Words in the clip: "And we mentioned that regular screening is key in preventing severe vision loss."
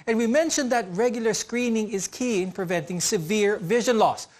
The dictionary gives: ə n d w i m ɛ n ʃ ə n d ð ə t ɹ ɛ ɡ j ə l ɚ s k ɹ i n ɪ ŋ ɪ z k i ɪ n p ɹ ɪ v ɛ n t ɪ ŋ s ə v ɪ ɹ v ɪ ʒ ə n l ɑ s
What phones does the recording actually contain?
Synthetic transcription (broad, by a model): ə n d w i m ɛ n ʃ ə n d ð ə t ɹ ɛ ɡ j ə l ɚ s k ɹ i n ɪ ŋ ɪ z k i ɪ n p ɹ ɪ v ɛ n t ɪ ŋ s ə v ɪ ɹ v ɪ ʒ ə n l ɑ s